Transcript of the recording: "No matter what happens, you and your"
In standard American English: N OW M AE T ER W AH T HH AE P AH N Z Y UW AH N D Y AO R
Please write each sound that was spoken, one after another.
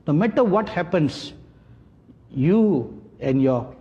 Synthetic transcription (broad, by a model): N OW M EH T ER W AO T HH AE P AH N S Y UW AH N Y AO